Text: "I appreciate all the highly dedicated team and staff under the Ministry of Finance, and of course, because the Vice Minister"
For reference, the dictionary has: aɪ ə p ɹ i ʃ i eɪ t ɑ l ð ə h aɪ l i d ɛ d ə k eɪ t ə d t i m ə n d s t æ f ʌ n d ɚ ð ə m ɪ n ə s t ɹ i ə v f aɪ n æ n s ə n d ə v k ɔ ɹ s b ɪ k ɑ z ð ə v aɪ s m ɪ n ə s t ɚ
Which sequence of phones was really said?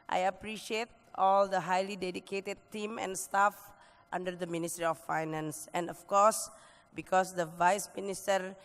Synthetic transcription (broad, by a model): aɪ ə p ɹ i ʃ i eɪ t ɑ l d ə h aɪ l i d ɛ d ə k eɪ t ə d t i m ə n s t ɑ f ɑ n d ɚ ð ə m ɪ n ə s t ɹ i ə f aɪ n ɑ n s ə n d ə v k ɔ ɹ s b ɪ k ɑ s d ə v aɪ s m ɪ n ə s t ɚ